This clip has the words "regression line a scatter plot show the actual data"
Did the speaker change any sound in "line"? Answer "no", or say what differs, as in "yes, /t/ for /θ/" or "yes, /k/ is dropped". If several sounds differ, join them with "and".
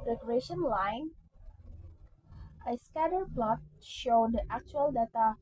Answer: no